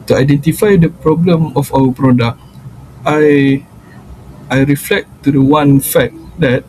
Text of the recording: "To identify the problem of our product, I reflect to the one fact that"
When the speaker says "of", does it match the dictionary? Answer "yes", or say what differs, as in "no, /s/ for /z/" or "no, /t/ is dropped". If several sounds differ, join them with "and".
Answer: no, /f/ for /v/